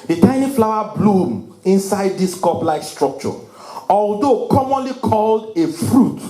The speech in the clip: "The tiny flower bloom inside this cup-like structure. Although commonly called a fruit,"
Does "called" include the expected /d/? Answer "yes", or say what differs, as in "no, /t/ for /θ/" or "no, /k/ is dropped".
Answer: yes